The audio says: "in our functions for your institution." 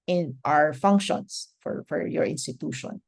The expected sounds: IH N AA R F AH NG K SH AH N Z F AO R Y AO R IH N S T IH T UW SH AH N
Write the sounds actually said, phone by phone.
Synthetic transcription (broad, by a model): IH N AA R F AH NG K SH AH N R F AO R Y AO R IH N S T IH T UW SH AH N